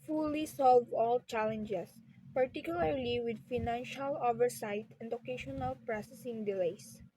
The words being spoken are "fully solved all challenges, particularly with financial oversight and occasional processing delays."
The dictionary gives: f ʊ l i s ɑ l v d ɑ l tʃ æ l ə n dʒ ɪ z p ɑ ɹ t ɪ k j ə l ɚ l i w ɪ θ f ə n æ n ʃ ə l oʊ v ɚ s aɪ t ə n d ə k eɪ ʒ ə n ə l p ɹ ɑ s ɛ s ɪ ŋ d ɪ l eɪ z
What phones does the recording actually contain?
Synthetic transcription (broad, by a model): f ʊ l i s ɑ l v ɑ l tʃ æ l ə n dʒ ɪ s p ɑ ɹ t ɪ k j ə l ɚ l i w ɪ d f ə n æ n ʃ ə l oʊ v ɚ s aɪ t ə n d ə k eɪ ʃ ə n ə l p ɹ ɑ s ɛ s ɪ ŋ d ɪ l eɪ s